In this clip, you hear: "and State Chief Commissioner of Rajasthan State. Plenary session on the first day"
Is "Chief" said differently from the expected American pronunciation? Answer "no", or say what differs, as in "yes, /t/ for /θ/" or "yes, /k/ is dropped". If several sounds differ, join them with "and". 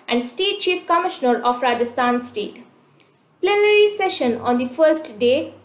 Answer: no